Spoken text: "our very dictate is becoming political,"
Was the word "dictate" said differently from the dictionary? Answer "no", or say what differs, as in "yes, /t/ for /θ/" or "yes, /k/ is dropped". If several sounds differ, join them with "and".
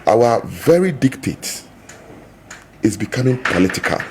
no